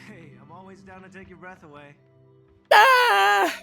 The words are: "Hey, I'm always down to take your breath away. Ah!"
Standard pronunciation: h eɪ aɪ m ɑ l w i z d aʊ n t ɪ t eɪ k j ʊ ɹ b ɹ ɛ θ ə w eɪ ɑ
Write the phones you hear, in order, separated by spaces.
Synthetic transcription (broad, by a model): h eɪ aɪ m ɑ l w i z d aʊ n t ɪ t eɪ k j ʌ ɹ b ɹ ɛ θ ə w eɪ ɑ